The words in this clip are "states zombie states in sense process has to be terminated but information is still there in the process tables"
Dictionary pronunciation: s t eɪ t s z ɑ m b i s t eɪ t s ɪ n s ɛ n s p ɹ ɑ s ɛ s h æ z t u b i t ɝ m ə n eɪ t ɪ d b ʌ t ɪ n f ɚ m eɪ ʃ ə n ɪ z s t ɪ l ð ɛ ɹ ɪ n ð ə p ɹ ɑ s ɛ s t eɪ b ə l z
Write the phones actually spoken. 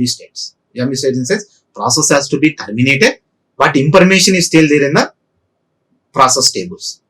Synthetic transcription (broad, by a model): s t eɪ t s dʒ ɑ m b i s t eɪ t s ɪ n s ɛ s p ɹ ɑ s ɛ s h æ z t u b i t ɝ m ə n eɪ t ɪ d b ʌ t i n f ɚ m eɪ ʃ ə n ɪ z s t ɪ l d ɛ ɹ ɪ n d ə p ɹ ɑ s ɛ s t eɪ b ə l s